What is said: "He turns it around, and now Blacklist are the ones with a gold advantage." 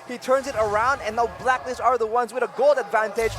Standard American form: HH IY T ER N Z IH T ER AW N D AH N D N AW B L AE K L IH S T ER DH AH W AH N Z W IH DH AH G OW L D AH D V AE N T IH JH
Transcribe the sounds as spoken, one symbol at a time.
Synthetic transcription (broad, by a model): HH IY T ER N Z IH T ER AW N D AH N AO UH B L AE K N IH S ER DH AH W AH N Z W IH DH AH G OW L D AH D V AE N T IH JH